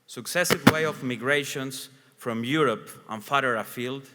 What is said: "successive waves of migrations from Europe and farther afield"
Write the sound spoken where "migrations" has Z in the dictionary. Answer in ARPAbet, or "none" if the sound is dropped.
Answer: S